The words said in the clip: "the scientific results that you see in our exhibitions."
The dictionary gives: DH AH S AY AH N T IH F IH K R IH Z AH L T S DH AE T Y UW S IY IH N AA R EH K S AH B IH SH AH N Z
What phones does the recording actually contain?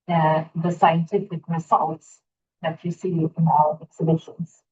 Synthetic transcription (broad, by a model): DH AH S AY AH N T IH F IH K R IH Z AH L T S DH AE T Y UW S IY IH N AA L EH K S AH B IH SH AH N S